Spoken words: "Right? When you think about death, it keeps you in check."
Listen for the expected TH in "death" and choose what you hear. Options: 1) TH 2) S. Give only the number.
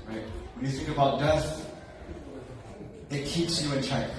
2